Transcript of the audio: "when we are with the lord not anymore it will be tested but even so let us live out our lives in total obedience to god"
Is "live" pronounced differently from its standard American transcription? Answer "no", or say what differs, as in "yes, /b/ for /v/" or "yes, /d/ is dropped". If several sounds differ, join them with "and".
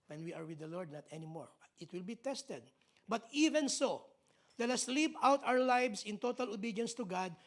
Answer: yes, /p/ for /v/